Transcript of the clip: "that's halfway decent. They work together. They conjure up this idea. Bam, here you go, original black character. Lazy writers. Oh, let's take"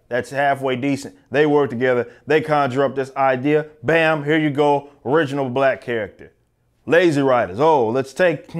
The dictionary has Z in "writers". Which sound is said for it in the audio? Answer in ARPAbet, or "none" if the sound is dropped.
Z